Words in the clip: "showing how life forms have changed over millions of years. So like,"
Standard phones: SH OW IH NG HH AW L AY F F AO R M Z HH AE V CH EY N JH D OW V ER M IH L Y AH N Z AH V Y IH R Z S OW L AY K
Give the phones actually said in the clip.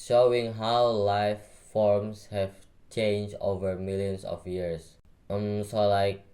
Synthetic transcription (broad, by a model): SH OW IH NG HH AW L AY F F AO R M S HH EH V CH EY N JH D OW V ER M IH L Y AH N S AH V Y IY R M S OW L AY K